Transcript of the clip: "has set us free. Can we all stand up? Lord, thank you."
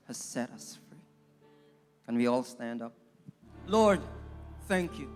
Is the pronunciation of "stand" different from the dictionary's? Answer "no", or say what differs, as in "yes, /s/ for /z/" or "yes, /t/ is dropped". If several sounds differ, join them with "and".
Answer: no